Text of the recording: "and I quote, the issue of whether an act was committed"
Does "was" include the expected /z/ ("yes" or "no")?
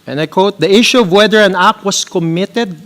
no